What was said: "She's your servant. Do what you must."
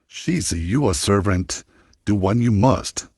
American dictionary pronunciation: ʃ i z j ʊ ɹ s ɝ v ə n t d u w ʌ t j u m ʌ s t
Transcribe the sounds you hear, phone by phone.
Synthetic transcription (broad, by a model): ʃ i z j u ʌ s ɝ v ə n t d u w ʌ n j u m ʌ s t